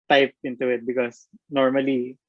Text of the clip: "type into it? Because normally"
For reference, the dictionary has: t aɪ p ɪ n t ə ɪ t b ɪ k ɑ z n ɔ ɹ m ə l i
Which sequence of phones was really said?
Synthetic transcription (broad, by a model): t aɪ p ɪ n t ə ɪ t b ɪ k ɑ s n ɔ ɹ m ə l i